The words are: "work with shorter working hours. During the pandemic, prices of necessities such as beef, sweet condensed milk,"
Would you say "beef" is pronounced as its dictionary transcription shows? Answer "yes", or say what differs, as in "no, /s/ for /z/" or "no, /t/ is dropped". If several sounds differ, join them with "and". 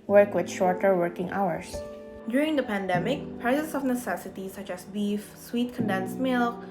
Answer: yes